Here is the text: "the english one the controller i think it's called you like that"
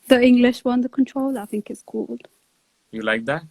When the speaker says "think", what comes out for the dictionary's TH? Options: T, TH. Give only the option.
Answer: TH